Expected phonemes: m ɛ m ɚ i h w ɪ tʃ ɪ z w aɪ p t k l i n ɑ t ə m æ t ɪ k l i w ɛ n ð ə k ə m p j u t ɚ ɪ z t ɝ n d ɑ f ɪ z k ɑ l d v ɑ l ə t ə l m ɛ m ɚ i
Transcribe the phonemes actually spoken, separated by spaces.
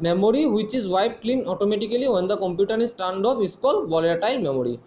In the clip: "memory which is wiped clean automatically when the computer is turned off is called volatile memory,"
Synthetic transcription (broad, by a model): m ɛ m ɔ i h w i tʃ ɪ z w aɪ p k l i n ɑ t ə m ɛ t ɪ k l i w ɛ n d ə k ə m p j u t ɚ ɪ s t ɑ n d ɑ p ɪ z k ɑ l d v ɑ l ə t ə l m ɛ m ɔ i